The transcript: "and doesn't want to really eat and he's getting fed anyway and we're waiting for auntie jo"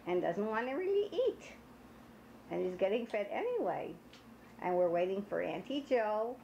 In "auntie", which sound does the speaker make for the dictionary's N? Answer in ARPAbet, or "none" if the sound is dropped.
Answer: N